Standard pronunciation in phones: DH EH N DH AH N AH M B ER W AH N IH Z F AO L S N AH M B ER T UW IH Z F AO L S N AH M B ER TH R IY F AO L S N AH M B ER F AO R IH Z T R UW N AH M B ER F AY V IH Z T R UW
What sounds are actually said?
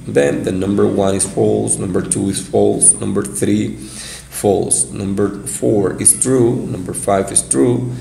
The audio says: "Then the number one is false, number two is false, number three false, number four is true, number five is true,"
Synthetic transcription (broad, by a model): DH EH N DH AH N AH M B ER W AH N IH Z F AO L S N AH M B ER T UW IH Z F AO L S N AH M B ER TH R IY F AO L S N AH M B ER F AO R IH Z T R UW N AH M B ER F AY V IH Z T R UW